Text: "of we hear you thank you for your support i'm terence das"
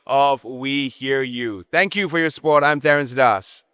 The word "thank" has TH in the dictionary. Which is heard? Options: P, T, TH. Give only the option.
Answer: TH